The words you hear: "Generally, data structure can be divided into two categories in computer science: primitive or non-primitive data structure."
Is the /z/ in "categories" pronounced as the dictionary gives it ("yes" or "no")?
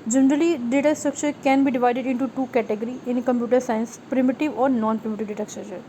no